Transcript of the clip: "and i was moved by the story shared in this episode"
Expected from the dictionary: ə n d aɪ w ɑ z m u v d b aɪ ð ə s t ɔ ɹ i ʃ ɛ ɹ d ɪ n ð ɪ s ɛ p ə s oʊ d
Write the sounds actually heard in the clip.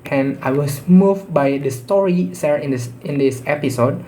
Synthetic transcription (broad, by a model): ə n aɪ w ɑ s m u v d b aɪ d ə s t ɔ ɹ i s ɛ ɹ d ɪ n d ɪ s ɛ p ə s oʊ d